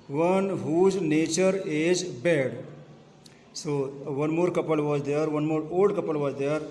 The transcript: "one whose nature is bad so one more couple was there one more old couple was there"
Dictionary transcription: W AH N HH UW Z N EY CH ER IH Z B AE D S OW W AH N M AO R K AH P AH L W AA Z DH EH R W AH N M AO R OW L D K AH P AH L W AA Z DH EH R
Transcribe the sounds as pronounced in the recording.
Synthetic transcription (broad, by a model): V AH N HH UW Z N EY CH ER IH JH B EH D S OW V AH N M AO R K AH P AH L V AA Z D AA R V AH N M AO R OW D K AH P AH L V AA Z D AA R